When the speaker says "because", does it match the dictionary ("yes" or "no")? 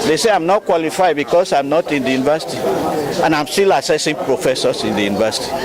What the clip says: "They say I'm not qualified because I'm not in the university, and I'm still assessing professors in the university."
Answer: no